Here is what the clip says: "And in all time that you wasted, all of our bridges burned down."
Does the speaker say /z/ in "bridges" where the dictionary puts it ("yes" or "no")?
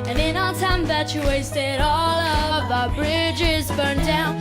yes